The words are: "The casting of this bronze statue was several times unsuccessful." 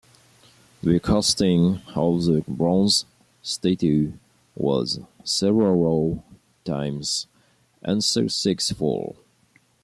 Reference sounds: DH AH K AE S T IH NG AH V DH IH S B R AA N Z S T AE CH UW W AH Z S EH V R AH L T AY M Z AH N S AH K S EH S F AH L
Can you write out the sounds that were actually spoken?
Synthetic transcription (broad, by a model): DH AH K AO S T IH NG AH V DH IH B R AA N Z S T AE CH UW W AH Z S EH V R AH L T AY M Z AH N S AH S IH S F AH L